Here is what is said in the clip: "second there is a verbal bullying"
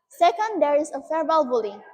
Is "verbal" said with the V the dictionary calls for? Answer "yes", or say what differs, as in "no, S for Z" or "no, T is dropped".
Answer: no, F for V